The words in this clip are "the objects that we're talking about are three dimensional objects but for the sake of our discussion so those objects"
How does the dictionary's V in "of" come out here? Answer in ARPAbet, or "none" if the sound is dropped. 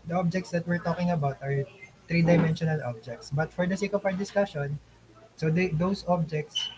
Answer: P